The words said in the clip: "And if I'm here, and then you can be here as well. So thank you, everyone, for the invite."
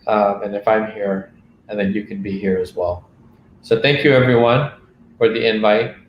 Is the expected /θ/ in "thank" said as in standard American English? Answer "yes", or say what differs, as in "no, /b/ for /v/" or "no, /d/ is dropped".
yes